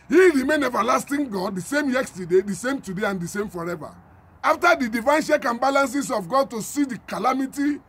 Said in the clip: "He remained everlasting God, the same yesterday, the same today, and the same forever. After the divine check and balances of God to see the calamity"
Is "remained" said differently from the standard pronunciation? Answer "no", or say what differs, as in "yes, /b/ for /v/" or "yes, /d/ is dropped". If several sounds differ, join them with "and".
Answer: yes, /d/ is dropped